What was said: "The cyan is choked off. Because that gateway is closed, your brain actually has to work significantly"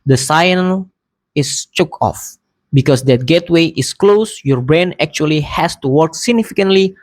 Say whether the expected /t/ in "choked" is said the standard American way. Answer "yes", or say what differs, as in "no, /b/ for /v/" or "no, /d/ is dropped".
no, /t/ is dropped